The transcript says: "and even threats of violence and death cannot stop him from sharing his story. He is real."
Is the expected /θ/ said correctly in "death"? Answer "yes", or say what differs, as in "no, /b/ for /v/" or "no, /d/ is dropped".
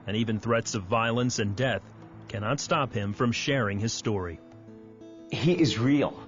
yes